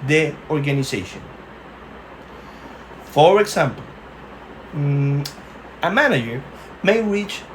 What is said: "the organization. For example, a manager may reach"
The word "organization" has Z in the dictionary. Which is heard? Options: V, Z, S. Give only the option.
S